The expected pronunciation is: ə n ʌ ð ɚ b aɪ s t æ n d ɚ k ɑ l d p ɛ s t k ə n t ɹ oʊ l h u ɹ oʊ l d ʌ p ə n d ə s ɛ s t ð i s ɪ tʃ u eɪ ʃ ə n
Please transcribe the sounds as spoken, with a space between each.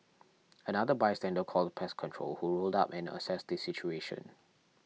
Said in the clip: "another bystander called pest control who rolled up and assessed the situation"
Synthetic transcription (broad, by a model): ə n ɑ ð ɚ b aɪ s t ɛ n d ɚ k ɑ l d p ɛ s k ə n t ɹ oʊ l h u ɹ oʊ l d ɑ p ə n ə s ɛ s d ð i s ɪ tʃ u eɪ ʃ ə n